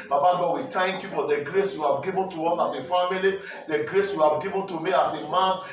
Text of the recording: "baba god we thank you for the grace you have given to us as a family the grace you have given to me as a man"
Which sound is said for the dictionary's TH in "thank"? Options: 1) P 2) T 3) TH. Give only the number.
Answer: 2